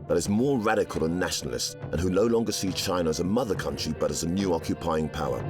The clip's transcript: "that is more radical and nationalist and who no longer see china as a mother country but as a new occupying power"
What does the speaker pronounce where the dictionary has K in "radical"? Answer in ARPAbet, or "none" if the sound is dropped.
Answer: K